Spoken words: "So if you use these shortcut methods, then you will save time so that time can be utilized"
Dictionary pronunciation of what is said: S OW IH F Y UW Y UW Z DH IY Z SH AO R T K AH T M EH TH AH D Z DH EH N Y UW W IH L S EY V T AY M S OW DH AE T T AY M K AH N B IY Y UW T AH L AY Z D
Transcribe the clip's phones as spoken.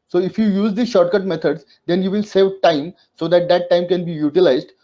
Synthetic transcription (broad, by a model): S OW IH F Y UW Y UW Z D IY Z SH AO R T K AH T M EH T AH D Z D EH N Y UW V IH L S EY V T AY M S OW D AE T T AY M K AH N B IY Y UW T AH L AY Z D